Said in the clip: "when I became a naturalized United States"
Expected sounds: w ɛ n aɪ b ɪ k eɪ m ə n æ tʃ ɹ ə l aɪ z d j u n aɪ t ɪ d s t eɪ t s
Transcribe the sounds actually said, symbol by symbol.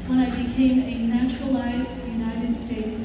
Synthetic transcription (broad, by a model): w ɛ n aɪ b ɪ k eɪ m ə n æ tʃ ɹ ə l aɪ z d j u n aɪ t ɪ d s t eɪ t s